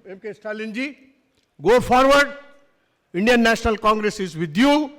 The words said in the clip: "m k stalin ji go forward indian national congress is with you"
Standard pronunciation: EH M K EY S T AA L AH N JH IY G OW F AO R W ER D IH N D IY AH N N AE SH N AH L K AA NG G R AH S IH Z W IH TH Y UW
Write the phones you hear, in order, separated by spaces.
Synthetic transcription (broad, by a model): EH M K EY S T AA L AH N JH IY G OW P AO R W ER D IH N D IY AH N N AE S N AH L K AA NG G R AH S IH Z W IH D Y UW